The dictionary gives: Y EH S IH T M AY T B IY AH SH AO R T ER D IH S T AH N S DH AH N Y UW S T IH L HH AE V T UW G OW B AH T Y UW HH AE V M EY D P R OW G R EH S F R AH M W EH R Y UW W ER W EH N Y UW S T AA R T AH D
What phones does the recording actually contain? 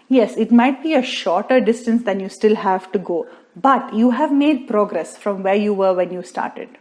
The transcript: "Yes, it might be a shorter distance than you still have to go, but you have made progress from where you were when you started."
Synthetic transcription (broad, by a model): Y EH S IH T M AY T B IY AH SH AO R T ER D IH S T AH N S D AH N Y UW S T IH L HH AE V T UW G OW B AH T Y UW HH AE V M EY D P R OW G R EH S F R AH M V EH R Y UW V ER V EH N Y UW S T AA R T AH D